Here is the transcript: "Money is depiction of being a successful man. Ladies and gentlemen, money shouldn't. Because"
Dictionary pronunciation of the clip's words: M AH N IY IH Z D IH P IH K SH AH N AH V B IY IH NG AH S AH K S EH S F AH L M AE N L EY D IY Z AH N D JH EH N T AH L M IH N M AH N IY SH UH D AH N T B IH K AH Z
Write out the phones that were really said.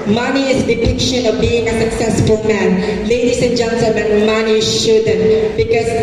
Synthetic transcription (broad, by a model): M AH N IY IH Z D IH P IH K SH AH N AH V B IY IH NG AH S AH K S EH S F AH L M AE N L EY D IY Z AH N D JH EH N S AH M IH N M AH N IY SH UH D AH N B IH K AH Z